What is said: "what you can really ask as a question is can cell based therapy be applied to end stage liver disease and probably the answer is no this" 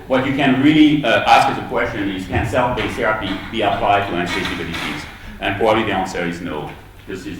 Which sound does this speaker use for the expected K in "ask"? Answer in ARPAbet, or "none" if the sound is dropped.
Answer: K